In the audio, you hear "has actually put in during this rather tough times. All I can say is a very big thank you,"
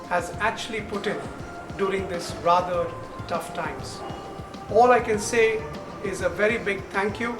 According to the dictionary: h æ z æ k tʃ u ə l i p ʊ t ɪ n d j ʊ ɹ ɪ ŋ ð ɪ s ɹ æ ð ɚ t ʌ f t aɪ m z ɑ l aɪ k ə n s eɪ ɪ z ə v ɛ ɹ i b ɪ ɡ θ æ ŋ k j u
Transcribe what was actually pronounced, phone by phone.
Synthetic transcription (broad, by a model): h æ z æ k tʃ u ə l i p ʊ t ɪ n d j ʊ ɹ ɪ ŋ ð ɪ s ɹ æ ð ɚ t ʌ f t aɪ m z ɑ l aɪ k ə n s eɪ ɪ z ə v ɛ ɹ i b ɪ ɡ t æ ŋ k j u